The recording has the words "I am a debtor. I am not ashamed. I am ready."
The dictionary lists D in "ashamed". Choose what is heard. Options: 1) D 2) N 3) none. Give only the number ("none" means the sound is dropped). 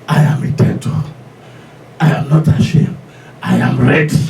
3